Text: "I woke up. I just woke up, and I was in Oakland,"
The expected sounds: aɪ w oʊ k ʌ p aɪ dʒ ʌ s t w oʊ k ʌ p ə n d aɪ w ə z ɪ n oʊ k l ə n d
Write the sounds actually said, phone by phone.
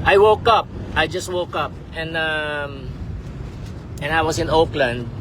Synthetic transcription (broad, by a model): aɪ w oʊ k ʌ p aɪ dʒ ʌ s t w oʊ k ʌ p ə n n aɪ w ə s ɪ n oʊ k l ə n d